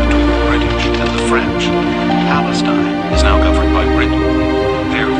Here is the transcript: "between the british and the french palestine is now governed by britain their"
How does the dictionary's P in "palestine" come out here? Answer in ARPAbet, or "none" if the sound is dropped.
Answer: P